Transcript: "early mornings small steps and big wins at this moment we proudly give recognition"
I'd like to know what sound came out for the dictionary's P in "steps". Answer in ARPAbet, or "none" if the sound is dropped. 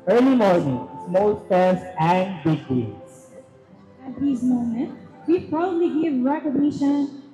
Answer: none